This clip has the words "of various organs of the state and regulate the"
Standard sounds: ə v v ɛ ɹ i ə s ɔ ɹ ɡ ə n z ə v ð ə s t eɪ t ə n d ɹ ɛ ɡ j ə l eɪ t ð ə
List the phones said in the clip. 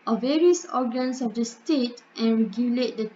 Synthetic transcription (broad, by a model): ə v v ɛ ɹ i ə s ɔ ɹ ɡ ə n s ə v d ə s t eɪ t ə n ɹ ɛ ɡ j ə l eɪ t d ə